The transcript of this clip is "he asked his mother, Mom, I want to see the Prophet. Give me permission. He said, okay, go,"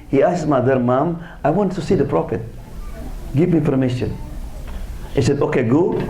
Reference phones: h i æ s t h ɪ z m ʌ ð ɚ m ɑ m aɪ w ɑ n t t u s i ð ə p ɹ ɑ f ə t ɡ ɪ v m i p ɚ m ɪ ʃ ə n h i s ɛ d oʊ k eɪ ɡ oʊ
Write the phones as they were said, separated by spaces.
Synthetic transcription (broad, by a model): h i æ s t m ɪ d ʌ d m ɑ m aɪ w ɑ n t t u s i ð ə p ɹ ɑ f ə t ɡ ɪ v m i p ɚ m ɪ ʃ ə n h i s ɛ d oʊ k eɪ ɡ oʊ